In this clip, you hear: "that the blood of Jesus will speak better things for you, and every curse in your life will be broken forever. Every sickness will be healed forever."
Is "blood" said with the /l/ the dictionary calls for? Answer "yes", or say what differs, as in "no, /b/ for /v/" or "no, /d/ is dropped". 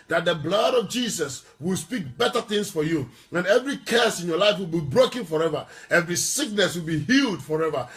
yes